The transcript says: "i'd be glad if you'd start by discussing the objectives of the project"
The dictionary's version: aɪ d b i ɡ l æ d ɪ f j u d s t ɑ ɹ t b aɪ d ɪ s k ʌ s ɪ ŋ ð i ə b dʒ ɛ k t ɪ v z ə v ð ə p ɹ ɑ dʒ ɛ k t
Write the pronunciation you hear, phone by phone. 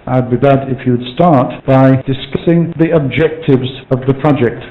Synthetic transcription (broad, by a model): aɪ d b i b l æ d ɪ f j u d s t ɑ ɹ t b aɪ d ɪ s k ʌ s ɪ ŋ ð i ə b dʒ ɛ k t ɪ v z ə v ð ə p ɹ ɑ dʒ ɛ k t